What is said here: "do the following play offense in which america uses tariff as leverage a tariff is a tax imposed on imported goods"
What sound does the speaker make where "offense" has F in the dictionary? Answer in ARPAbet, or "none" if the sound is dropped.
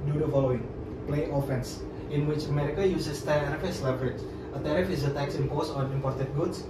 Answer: F